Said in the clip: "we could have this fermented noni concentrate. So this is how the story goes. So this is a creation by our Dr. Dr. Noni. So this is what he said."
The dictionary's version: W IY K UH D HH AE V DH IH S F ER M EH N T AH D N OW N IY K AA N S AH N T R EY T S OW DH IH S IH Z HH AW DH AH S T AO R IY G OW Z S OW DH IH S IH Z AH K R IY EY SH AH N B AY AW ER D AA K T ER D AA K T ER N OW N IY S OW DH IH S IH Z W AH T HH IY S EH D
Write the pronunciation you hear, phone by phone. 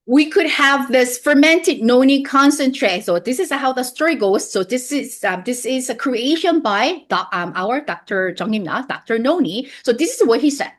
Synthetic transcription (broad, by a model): W IY K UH D HH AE V DH IH S F ER M EH N T AH D N OW N IY K AA N S AH N T R EY T S OW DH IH S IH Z HH AW DH AH S T AO R IY G OW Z S OW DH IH S IH Z AH K R IY EY SH AH N B AY AW ER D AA K T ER D AA K T ER N OW N IY S OW DH IH S IH Z W AH T HH IY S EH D